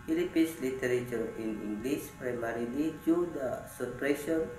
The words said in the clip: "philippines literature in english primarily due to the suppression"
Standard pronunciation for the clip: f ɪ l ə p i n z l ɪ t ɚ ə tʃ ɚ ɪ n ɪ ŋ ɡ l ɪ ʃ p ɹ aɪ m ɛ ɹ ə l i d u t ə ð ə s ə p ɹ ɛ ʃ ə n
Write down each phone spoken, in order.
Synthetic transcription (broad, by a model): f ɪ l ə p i n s l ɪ t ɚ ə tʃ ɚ ɪ n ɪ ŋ ɡ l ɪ s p ɹ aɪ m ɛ ɹ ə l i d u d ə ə s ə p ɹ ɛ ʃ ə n